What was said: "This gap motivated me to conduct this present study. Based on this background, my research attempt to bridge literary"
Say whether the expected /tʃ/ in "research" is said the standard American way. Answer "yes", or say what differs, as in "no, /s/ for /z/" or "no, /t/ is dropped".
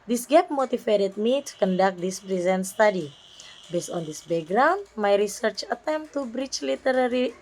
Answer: yes